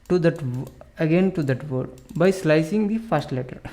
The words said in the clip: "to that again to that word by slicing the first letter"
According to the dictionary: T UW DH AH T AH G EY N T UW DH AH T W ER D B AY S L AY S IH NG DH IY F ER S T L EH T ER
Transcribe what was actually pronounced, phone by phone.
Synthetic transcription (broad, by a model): T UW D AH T AH G EY N T UW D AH T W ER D B AY S L AY S IH NG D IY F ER S T L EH T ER